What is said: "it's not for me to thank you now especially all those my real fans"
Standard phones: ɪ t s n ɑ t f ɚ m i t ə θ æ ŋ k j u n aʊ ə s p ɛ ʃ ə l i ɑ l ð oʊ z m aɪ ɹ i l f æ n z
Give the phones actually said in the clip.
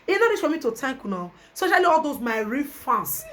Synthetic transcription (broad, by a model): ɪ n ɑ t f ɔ m i t ə t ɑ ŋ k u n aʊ ə s p ɛ ʃ ə l i ɑ l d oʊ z m aɪ ɹ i f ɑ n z